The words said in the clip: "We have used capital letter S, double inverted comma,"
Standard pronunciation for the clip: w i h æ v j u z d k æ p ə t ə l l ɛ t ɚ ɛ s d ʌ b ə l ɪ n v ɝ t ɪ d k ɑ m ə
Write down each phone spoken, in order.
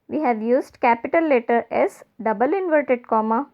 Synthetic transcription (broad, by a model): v i h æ v j u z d k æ p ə t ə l l ɛ t ɚ ɛ s d ʌ b ə l ɪ n v ɝ t ɪ d k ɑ m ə